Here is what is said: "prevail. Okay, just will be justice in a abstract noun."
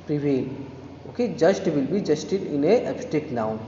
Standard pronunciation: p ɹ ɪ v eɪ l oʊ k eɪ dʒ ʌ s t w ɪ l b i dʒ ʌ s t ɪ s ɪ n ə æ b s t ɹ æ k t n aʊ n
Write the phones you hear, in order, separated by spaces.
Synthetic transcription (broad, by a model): p ɹ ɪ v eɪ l oʊ k eɪ dʒ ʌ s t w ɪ l b i dʒ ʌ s t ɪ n ɪ n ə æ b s t ɛ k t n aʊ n